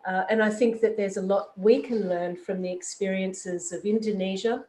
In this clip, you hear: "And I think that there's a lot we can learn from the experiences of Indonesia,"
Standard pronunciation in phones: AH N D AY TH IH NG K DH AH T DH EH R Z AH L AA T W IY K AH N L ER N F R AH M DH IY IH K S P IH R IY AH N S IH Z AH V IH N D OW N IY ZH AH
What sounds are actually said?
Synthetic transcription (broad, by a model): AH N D AY TH IH NG K DH AH T DH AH R Z AH L AA T W IY K AH N L ER N F R AH M DH IY IH K S P IH R IY AH N S IH Z AH V IH N D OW N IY ZH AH